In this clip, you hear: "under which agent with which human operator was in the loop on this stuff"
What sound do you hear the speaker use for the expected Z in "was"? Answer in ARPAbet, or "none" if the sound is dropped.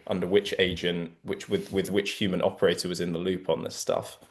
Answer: Z